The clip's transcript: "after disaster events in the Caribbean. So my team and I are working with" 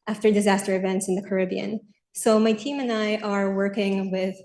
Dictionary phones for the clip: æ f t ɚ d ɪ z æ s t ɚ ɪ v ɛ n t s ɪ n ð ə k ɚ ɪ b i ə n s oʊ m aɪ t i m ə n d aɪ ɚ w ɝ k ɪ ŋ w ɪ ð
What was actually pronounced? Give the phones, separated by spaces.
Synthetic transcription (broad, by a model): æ f t ɚ d ɪ z æ s t ɚ ɪ v ɛ n t s ɪ n ð ə k ɚ ɪ b i ə n s oʊ m aɪ t i m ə n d aɪ ɚ w ɝ k ɪ ŋ w ɪ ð